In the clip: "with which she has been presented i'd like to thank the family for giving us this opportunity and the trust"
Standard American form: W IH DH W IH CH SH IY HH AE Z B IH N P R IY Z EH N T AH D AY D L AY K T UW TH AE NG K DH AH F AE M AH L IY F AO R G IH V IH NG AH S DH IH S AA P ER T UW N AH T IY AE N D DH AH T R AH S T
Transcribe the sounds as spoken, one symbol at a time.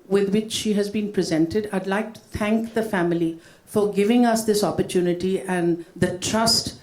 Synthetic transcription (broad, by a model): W IH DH W IH CH SH IY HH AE Z B IH N P R IY Z EH N T AH D AY D L AY K T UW T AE NG K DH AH F AE M AH L IY F AO R G IH V IH NG AH S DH IH S AA P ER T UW N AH T IY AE N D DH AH T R AH S T